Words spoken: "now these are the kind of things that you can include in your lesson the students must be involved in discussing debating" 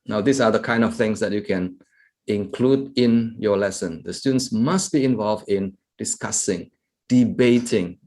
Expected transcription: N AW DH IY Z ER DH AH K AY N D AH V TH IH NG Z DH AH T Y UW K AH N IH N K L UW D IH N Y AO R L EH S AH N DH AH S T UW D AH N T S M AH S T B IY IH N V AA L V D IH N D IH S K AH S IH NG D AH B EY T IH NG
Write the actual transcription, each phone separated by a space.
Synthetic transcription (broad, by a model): N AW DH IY S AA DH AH K AY N D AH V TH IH NG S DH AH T Y UW K AH N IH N K L UW D IH N Y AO L EH S AH N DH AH S T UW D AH N S M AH S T B IY IH N V AA L V D IH N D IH S K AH S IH NG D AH B EY T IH NG